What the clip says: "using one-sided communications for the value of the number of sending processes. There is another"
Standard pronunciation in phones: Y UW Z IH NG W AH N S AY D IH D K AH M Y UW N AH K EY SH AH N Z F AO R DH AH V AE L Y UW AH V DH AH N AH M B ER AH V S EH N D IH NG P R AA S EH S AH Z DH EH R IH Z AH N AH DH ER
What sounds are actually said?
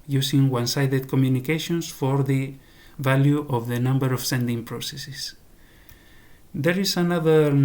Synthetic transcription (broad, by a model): Y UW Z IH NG W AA N S AY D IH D K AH M Y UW N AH K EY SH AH N S F AO R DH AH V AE L Y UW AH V DH AH N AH M B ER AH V S EH N D IH NG P R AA S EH S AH S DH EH R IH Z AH N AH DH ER